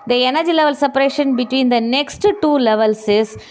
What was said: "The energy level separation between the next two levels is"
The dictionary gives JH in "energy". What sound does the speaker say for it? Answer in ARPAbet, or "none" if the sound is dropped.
JH